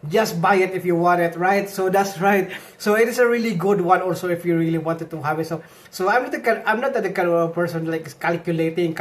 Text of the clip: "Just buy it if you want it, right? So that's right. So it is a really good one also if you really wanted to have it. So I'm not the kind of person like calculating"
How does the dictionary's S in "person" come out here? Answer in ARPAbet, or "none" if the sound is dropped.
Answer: S